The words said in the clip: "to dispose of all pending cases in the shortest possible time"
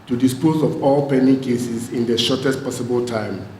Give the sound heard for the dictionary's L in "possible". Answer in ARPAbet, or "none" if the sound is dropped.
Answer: L